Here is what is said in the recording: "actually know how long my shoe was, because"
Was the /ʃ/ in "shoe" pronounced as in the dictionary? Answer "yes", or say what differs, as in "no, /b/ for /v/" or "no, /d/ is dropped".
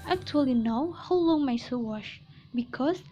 no, /s/ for /ʃ/